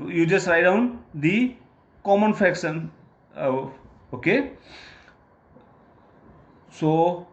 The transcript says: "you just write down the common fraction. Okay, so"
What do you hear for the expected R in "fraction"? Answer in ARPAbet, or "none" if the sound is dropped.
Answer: none